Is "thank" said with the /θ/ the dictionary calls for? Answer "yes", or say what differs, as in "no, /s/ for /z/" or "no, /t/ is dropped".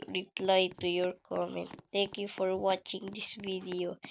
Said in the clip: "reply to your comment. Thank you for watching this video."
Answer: no, /t/ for /θ/